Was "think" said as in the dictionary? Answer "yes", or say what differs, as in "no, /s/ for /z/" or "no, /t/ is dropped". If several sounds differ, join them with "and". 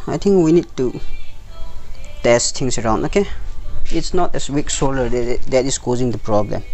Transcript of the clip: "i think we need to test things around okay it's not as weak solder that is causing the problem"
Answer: no, /t/ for /θ/